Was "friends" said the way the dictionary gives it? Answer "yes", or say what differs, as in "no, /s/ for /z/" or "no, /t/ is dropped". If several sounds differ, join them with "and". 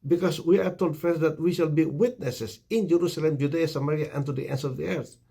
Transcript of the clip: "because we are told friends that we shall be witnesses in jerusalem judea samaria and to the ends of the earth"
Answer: no, /ɹ/ is dropped